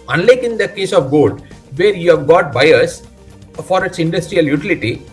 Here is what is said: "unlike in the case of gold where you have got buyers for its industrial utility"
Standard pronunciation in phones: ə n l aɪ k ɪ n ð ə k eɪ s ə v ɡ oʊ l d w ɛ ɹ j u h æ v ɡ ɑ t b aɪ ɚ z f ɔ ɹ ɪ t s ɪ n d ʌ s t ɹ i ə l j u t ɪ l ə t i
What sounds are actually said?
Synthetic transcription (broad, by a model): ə n l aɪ k ɪ n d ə k eɪ s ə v ɡ oʊ l d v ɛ ɹ j u h æ v ɡ ɑ t b aɪ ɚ s f ɔ ɹ ɪ t s ɪ n d ʌ s t ɹ i ə l j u t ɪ l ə t i